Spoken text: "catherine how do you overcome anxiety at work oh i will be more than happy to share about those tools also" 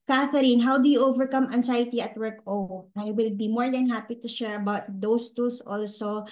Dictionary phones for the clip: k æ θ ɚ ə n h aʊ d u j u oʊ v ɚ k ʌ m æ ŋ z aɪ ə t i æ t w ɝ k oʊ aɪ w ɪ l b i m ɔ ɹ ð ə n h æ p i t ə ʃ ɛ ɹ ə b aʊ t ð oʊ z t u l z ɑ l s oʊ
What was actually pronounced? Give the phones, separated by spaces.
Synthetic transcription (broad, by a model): k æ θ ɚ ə n h aʊ d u j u oʊ v ɚ k ʌ m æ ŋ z aɪ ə t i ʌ t w ɝ k oʊ aɪ w ɪ l b i m ɔ ɹ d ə n h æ p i t ə ʃ ɛ ɹ ə b aʊ t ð oʊ s t u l s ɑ l s oʊ